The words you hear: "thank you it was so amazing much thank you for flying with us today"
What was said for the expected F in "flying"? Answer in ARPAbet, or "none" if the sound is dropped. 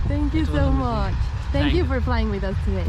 P